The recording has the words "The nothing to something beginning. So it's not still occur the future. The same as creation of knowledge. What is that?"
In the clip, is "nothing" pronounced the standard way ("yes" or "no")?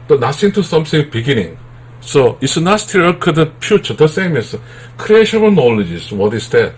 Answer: no